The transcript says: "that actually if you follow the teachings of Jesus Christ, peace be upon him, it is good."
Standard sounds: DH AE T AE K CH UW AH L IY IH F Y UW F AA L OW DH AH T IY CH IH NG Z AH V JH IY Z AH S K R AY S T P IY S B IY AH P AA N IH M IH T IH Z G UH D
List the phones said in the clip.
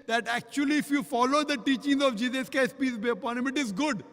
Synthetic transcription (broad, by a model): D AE T AE K CH UW AH L IY IH F Y UW F AA L OW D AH T IY CH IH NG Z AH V JH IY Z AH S K AY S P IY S B IY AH P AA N IH M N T IH Z G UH D